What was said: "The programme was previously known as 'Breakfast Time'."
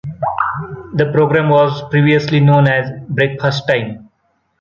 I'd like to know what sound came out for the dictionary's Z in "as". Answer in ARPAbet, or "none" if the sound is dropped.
Z